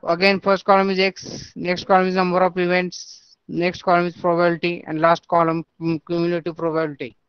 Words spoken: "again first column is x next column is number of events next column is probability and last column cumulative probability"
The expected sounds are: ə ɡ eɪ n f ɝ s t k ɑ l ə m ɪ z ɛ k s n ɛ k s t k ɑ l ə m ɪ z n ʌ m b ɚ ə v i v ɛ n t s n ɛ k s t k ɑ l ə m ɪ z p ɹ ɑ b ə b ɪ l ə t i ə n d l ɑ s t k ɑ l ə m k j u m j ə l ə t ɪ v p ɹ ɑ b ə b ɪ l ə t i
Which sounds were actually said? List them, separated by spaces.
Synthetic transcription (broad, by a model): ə ɡ eɪ n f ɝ s t k ɑ l ə m ɪ z ɛ k s n ɛ k s t k ɑ l ə m ɪ z n ʌ m b ɚ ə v i v ɛ n t s n ɛ k s t k ɑ l ə m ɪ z p ɹ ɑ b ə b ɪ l t i ə n d l ɑ s t k ɑ l ə m k j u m j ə n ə t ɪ p ɹ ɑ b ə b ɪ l t i